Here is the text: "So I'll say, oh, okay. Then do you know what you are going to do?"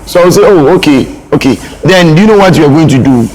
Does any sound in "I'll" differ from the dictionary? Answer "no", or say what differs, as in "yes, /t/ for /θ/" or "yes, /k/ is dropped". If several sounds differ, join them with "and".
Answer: yes, /w/ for /l/